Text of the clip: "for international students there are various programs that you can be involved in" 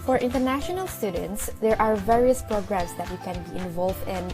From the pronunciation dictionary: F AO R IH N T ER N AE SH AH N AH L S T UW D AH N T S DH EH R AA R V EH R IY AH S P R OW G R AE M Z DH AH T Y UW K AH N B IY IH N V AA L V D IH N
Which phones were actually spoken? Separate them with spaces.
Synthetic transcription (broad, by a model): F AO R IH N T ER N AE SH AH N AH L S T UW D AH N T S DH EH R AA R V EH R IY AH S P R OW G R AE M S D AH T Y UW K AH N B IY IH N V AA L V D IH N